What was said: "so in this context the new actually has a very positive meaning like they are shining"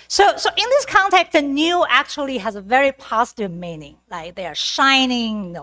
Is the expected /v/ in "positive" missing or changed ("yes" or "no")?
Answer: no